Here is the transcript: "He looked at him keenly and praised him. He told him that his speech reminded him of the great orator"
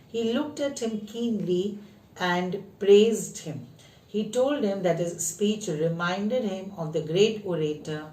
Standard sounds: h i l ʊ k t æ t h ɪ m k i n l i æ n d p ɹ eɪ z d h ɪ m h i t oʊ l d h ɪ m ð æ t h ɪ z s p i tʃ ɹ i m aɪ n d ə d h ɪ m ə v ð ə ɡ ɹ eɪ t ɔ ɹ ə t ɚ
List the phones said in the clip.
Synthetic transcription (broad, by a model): h i l ʊ k t æ t h ɪ m k i n l i æ n d p ɹ eɪ z d h ɪ m h i t oʊ l d h ɪ m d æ t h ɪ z s p i tʃ ɹ i m aɪ n d ə d h ɪ m ə v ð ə ɡ ɹ eɪ t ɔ ɹ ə t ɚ